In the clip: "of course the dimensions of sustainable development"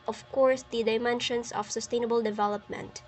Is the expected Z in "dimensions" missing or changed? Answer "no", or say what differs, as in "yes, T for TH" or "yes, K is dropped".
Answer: yes, S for Z